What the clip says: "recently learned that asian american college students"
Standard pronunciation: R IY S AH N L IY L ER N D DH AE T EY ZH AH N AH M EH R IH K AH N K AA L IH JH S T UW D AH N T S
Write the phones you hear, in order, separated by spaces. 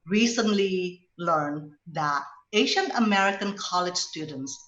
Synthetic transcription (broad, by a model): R IY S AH N L IY L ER N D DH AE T EY SH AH N AH M EH R IH K AH N K AA L IH JH S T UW D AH N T S